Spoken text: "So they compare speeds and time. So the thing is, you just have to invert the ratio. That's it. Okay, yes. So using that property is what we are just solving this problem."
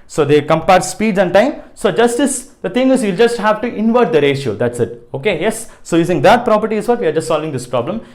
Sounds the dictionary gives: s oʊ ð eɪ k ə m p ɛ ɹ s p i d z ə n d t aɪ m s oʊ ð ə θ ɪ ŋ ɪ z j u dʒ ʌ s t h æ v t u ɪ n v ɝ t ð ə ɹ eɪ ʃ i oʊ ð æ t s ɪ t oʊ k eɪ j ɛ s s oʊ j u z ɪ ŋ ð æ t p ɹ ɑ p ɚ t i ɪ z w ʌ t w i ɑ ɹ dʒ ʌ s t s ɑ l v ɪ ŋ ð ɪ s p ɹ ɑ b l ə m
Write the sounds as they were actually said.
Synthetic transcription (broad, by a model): s oʊ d eɪ k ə m p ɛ ɹ s p i d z ə n d t aɪ m s oʊ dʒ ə s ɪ ŋ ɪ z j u dʒ ʌ s t h æ v t u ɪ n v ɝ t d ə ɹ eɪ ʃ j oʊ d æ t s ɪ t oʊ k eɪ j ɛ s s oʊ j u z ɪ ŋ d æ t p ɹ ɑ p ɚ t i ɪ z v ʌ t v i ɑ ɹ dʒ ʌ s t s ɑ l v ɪ ŋ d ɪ s p ɹ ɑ b l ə m